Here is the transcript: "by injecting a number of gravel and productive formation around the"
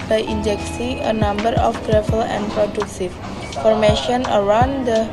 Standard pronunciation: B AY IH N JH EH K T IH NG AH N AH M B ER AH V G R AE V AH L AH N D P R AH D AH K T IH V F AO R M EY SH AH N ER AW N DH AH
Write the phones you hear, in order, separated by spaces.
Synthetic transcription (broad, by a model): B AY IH N JH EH K S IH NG AH N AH M B ER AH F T R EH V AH L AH N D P R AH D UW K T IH F AO R M EY SH AH N ER AW N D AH